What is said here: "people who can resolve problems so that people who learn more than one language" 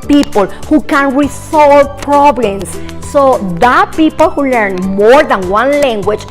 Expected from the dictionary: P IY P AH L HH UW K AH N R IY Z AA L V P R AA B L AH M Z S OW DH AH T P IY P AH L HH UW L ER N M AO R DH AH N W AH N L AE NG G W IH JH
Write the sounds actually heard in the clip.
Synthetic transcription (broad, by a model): P IY P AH L HH UW K AH N R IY S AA L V P R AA B L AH M S OW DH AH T P IY P AH L HH UW L ER N M AO R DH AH N W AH N L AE NG G W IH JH